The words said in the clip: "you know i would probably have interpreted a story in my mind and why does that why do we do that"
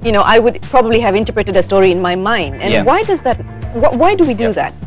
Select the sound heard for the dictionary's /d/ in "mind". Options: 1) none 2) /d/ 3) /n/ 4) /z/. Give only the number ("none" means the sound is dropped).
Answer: 2